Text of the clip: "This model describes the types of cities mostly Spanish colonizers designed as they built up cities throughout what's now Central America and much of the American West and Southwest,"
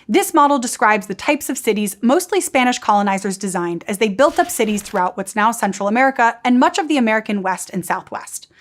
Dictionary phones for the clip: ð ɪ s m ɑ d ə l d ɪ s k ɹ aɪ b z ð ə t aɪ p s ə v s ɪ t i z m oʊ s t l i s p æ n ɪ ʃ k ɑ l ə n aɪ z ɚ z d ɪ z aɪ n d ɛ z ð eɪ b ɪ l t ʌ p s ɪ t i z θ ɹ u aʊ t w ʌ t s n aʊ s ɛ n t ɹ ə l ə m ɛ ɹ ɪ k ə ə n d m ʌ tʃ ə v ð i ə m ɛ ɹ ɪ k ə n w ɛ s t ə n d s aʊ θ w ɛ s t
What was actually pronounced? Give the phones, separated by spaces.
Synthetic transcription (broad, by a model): ð ɪ s m ɑ d l d ɪ s k ɹ aɪ b z ð ə t aɪ p s ə v s ɪ t i z m oʊ s t l i s p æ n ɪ ʃ k ɑ l ə n aɪ z ɚ z d ɪ z aɪ n d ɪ z ð eɪ b ɪ l t ʌ p s ɪ t i z θ ɹ u aʊ t w ʌ t s n aʊ s ɛ n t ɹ l ə m ɛ ɹ ɪ k ə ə n m ʌ tʃ ə v ð i ə m ɛ ɹ ɪ k ə n w ɛ s t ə n s aʊ θ w ɛ s t